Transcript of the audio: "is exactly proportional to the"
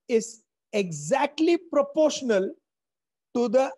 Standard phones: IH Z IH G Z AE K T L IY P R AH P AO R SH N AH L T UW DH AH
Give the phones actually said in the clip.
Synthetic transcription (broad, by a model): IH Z IH G Z AE K T L IY P R AH P AO R SH N AH L T UW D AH